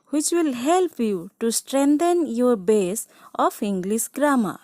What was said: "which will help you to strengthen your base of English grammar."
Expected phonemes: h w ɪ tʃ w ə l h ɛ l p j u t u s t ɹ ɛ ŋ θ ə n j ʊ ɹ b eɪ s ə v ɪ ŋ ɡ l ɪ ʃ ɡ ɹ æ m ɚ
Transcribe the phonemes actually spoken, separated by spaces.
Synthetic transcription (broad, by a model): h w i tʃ w ə l h ɛ l p j u t u s t ɹ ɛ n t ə n j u ɹ b eɪ s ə p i ŋ ɡ l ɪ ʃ ɡ ɹ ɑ m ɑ